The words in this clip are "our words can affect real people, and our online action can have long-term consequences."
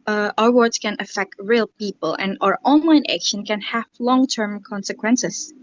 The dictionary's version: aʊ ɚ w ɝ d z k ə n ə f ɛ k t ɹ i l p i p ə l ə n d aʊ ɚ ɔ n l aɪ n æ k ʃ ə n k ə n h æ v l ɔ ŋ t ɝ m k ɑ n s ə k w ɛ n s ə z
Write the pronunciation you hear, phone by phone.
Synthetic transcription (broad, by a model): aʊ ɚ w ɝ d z k ə n ə f ɛ k t ɹ i l p i p ə l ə n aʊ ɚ ɔ n l aɪ n æ k ʃ ə n k ə n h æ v l ɔ ŋ t ɝ m k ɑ n s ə k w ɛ n s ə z